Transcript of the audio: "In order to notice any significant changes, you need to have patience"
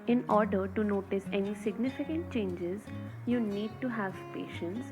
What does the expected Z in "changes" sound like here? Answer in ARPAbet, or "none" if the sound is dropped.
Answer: Z